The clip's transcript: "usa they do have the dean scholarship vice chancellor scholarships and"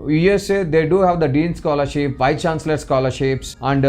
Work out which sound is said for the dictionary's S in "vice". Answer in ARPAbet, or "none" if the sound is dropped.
none